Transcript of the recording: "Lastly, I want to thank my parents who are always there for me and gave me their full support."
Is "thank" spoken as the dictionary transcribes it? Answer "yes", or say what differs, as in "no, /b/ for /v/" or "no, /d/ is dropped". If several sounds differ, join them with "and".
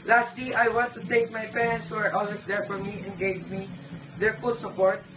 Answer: no, /ŋ/ is dropped